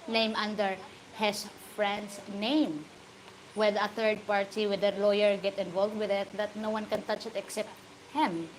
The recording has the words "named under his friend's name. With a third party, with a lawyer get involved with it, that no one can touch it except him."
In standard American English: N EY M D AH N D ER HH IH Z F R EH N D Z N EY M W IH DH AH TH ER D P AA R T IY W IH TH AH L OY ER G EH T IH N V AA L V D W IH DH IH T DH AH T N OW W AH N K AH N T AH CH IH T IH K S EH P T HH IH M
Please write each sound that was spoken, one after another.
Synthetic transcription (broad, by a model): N EY M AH N D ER HH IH S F R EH N D S N EY M W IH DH AH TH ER D P AA R T IY W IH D AH L OY ER G EH T IH N V AA L V D W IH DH IH T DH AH T N OW W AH N K AH N T AH CH IH T IH K S EH P T HH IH M